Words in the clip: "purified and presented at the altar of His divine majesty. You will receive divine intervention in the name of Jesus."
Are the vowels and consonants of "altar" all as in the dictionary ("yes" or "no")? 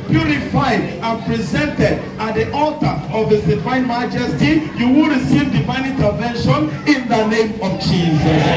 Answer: yes